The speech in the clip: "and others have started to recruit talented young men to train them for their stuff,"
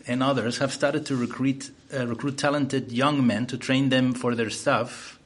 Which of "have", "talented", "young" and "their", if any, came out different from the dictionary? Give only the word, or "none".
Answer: none